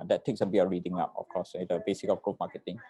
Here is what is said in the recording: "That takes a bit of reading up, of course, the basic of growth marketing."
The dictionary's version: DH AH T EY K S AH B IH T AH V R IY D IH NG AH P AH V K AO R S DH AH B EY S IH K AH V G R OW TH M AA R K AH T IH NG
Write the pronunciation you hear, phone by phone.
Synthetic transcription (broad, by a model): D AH T EY K S AH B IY AH R IY D IH NG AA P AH F K AO S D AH B EY S IH K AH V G OW M AA K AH T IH NG